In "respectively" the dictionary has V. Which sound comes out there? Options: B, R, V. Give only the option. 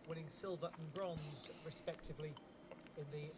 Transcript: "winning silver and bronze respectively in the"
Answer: V